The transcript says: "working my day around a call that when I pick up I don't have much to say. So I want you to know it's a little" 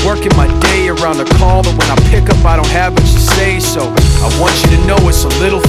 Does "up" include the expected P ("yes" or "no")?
yes